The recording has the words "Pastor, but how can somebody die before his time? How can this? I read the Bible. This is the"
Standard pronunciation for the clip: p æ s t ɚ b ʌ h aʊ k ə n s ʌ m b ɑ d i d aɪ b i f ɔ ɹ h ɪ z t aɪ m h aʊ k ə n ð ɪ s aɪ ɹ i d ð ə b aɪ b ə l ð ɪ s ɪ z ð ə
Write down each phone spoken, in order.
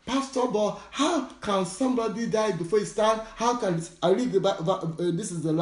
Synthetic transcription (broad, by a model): p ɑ s t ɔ b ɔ h aʊ k ə n s ʌ m b ɑ d i d aɪ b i f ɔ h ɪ s t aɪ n h aʊ k ə n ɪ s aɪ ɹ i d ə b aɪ ə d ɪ s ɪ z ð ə